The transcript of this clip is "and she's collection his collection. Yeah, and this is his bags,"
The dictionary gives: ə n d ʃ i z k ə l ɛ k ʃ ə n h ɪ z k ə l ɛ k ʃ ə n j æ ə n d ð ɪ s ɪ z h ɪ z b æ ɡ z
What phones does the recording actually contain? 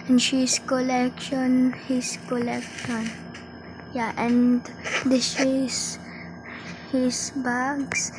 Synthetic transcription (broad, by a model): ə n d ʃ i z k ə l ɛ k ʃ ə n h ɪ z k ə l ɛ k ʃ ə n j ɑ ə n d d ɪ ʃ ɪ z h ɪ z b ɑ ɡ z